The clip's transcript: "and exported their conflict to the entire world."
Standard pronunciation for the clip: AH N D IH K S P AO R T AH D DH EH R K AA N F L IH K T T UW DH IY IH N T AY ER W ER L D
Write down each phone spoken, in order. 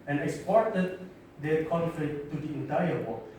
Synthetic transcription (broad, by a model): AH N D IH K S P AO R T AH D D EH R K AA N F IH T T UW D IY IH N T AY ER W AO